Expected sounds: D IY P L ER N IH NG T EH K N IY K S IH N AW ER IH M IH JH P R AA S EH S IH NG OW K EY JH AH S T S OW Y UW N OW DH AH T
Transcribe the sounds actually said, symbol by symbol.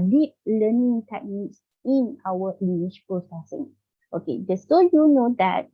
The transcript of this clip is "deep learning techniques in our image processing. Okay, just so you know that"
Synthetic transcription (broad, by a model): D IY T L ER N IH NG T EH K N IY K S IH N AW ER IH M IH SH P R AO S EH S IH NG OW K EY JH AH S S OW Y UW N OW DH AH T